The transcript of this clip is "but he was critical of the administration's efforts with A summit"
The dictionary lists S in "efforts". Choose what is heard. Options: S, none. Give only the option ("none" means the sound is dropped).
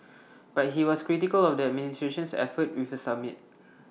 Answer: none